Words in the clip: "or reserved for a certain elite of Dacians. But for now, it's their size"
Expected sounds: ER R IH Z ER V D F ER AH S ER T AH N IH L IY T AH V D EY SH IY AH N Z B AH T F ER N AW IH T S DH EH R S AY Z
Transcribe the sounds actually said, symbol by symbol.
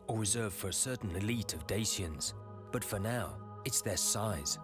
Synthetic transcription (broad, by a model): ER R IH Z ER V F ER AH S ER T N IH L IY T AH V D EY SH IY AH N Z B AH T F ER N AW IH T S DH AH R S AY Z